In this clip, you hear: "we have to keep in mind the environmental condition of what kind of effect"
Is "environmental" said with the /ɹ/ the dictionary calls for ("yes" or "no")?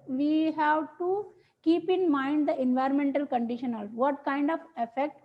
yes